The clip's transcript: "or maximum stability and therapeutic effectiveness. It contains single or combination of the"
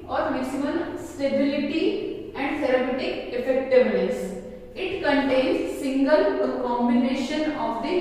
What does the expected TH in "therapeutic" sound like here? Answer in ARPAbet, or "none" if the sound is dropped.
S